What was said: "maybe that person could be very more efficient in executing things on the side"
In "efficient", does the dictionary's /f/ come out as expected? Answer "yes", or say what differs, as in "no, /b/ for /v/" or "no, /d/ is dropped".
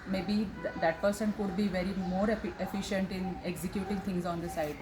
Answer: yes